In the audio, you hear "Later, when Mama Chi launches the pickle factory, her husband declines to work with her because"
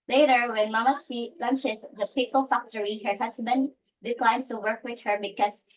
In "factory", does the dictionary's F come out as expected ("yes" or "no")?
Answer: yes